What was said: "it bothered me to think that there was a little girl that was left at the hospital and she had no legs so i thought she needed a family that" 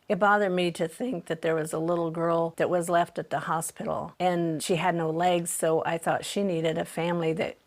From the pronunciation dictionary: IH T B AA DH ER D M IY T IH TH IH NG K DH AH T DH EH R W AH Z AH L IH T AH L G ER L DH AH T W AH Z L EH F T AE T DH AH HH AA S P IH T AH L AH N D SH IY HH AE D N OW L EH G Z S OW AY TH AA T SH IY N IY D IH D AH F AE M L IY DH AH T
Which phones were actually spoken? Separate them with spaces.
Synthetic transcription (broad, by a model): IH T B AA DH ER D M IY T IH TH IH NG K DH AH T DH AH R W AH Z AH L IH T L G ER L DH AH T W AH Z L EH F T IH T DH AH HH AA S P IH T L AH N SH IY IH D N OW L EH G Z S OW AY TH AA T SH IY N IY D IH D AH F AE M L IY DH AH T